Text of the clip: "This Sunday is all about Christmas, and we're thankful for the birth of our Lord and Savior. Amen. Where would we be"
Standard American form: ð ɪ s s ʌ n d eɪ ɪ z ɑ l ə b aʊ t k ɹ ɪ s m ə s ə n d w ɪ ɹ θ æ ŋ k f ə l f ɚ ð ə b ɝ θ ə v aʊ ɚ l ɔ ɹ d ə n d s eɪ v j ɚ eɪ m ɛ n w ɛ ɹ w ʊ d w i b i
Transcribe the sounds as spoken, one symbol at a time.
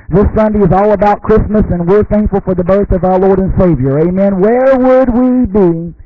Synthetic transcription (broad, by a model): ð ɪ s s ʌ n d eɪ ɪ z ɑ l ə b aʊ t k ɹ ɪ s m ə s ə n w ɪ ɹ θ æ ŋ k f l f ɚ ð ə b ɝ θ ə v aʊ ɚ l ɔ ɹ d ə n s eɪ v j ɚ eɪ m ɛ n w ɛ ɹ w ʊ d w i b i